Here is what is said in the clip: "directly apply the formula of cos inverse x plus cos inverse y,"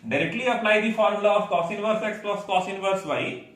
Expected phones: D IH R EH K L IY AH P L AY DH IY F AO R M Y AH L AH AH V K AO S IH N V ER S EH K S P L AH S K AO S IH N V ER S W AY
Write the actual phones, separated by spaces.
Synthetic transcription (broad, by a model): D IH R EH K L IY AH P N AY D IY F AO R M L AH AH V K AO S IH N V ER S EH K S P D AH S K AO S IH N V ER S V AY